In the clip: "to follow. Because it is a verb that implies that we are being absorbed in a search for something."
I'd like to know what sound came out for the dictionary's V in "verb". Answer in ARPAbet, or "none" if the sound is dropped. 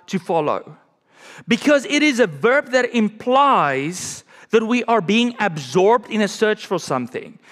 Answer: V